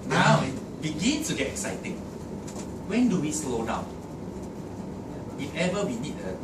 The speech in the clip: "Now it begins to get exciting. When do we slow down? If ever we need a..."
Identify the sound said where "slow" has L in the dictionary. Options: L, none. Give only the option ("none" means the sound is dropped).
L